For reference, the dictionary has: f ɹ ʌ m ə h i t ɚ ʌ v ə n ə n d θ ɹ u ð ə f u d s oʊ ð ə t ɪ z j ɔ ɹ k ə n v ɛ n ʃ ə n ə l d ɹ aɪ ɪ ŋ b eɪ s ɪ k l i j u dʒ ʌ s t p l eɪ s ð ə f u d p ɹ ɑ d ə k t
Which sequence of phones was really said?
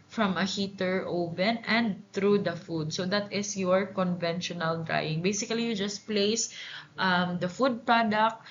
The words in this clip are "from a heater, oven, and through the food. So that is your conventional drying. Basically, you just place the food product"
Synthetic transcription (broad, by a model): f ɹ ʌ m ə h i t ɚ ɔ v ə n ə n d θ ɹ u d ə f u d s oʊ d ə t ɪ s j ɔ ɹ k ə n v ɛ n ʃ ə n ə l d ɹ aɪ ɪ ŋ b eɪ s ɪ k l i j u dʒ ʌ s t p l eɪ s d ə f u d p ɹ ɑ d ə k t